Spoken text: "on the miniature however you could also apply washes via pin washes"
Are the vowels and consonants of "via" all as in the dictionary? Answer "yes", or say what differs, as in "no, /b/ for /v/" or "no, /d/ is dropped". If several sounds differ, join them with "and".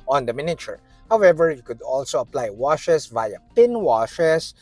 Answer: yes